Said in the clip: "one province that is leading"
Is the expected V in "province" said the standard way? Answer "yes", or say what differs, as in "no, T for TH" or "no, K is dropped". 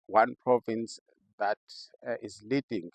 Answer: yes